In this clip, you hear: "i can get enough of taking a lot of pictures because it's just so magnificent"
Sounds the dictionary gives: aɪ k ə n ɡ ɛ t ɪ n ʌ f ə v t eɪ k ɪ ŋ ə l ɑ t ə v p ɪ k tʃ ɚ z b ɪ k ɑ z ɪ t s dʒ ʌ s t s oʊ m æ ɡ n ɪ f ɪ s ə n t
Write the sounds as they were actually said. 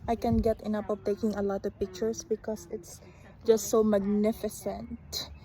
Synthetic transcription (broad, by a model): aɪ k ə n ɡ ɛ t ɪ n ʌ p ə v t eɪ k ɪ ŋ ə l ɑ t ə v p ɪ k tʃ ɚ s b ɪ k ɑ s ɪ t s dʒ ʌ s t s oʊ m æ ɡ n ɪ f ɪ s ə n t